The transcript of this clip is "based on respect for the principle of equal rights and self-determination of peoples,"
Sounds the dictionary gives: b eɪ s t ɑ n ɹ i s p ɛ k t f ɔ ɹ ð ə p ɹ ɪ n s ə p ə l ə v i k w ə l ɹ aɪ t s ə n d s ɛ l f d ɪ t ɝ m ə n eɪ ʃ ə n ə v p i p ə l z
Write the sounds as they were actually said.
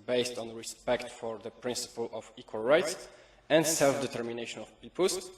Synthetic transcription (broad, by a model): b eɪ s t ɑ n ɹ i s p ɛ k t f ɔ ɹ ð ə p ɹ ɪ n s ə p ə l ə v i k w ə l ɹ aɪ t s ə n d s ɛ l f d ɪ t ɝ m ə n eɪ ʃ ə n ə f p i p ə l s